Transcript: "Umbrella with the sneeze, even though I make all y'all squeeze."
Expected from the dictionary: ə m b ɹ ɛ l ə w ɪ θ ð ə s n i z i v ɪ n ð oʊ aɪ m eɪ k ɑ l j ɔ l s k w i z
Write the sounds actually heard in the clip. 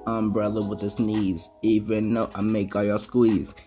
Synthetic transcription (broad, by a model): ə m b ɹ ɛ l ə w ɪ ð ə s n i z i v ɪ n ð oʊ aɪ m eɪ k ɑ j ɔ s k w i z